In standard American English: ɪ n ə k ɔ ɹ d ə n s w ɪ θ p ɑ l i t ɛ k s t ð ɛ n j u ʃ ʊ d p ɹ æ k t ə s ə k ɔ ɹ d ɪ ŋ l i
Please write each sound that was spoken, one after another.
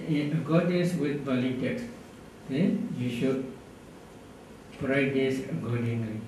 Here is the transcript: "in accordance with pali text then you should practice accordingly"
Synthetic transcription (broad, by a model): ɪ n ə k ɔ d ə s w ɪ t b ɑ l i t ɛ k s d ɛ n j u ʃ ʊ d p ɹ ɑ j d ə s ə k ɔ d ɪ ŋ l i